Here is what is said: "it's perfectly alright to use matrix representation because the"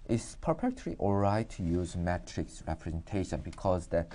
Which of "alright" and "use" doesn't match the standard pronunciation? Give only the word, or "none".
alright